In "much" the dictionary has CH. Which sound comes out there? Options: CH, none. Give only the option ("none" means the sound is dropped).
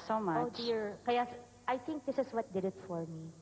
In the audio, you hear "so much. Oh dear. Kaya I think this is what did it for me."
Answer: none